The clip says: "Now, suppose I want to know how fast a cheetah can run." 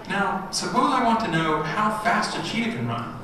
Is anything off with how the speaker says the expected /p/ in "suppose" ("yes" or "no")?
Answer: yes